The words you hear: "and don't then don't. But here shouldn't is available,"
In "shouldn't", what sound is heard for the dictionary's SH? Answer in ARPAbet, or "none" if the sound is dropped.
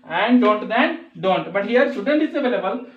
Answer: S